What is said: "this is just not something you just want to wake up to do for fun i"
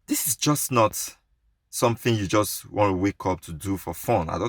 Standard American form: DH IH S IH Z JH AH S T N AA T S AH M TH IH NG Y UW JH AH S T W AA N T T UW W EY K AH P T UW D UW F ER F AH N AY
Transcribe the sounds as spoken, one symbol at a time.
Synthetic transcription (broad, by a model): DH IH S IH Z JH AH S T N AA T S AH M TH IH NG Y UW JH AH S T W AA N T T UW W EY K AH P T UW D UW F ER F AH N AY